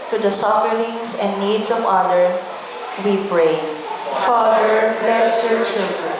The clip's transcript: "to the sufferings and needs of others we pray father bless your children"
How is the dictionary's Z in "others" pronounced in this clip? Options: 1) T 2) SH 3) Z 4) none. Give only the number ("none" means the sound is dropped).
4